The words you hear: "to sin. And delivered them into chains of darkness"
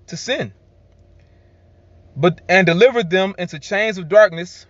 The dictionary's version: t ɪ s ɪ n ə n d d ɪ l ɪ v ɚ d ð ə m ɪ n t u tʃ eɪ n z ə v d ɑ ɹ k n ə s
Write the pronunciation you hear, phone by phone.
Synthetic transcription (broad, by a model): t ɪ s ɪ n ə n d d ɪ l ɪ v ɚ d ð ə m ɪ n t u tʃ eɪ n z ə v d ɑ ɹ k n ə s